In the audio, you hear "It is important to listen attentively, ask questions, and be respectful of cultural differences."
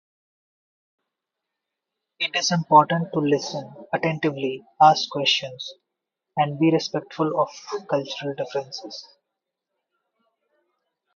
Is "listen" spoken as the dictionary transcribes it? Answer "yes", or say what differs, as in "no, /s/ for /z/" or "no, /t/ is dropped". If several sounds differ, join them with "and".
yes